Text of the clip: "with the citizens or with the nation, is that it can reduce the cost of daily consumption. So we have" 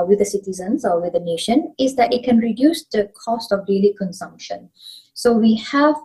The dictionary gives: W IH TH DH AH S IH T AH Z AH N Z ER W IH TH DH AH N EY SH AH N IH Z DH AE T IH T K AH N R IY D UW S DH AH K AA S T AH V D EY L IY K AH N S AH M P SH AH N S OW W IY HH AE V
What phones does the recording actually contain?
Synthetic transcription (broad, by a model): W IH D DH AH S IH T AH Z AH N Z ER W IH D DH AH N EY SH AH N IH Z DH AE T IH T K AH N R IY D UW S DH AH K AA S T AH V D EY L IY K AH N S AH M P SH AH N S OW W IY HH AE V